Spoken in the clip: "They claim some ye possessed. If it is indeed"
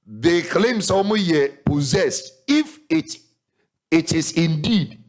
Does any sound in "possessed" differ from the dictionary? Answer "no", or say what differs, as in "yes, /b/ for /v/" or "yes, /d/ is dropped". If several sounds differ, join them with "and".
no